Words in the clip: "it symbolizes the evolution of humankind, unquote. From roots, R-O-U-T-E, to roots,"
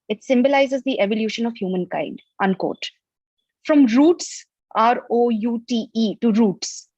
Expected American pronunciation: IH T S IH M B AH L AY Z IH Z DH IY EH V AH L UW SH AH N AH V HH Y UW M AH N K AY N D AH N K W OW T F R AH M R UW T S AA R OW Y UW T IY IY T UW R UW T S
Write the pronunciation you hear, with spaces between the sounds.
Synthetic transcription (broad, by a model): IH T S IH M B AH L AY Z IH Z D IY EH V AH L UW SH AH N AH V HH Y UW M AH N K AY N D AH N K OW T F R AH M R UW T S AA R OW Y UW T IY IY T UW R UW T S